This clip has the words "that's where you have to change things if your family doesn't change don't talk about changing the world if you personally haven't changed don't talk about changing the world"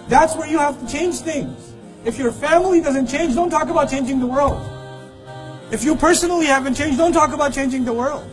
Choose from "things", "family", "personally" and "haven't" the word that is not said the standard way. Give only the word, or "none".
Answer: none